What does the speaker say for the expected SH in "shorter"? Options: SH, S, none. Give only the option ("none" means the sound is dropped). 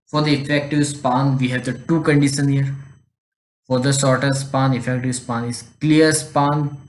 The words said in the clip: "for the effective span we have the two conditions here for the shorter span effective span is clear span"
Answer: S